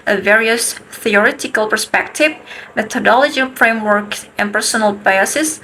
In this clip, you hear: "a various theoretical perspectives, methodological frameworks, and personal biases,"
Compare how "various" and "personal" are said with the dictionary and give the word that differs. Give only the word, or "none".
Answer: none